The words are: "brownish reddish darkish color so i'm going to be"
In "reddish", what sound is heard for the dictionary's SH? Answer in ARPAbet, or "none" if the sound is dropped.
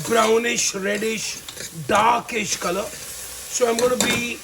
SH